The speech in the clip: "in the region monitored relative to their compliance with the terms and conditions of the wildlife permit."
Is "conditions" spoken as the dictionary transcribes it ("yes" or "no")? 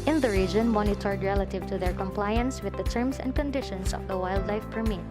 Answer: no